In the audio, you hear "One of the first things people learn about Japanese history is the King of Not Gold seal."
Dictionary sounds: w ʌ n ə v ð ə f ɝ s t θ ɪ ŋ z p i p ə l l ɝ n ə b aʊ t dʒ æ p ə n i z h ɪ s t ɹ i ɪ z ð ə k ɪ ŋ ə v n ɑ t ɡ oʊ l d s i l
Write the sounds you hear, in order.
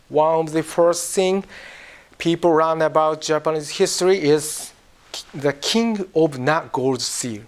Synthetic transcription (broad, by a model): w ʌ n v ð ə f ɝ s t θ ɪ ŋ p i p ə l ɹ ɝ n ə b aʊ t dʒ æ p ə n i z h ɪ s t ɹ i ɪ z ð ə k ɪ ŋ ə v n ɑ t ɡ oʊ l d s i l